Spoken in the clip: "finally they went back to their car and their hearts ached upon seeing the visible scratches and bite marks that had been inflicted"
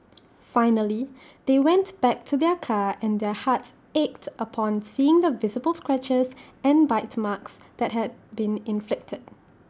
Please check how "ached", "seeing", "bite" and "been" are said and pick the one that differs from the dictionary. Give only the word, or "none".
none